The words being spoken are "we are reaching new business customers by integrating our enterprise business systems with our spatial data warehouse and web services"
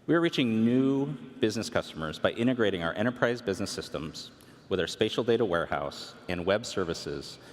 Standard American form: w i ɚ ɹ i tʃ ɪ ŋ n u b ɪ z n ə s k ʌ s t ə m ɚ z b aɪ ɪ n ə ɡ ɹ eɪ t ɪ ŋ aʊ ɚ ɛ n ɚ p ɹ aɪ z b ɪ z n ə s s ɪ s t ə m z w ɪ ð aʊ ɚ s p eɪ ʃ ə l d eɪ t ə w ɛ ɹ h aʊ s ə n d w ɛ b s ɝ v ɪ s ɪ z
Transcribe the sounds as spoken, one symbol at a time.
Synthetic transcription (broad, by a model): w i ɚ ɹ i tʃ ɪ ŋ n u b ɪ z n ə s k ʌ s t ə m ɚ z b aɪ ɪ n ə ɡ ɹ eɪ t ɪ ŋ aʊ ɚ ɛ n ɚ p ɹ aɪ z b ɪ z n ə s s ɪ s t ə m z w ɪ ð aʊ ɚ s p eɪ ʃ l d eɪ t ə w ɛ ɹ h aʊ s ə n w ɛ b s ɝ v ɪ s ɪ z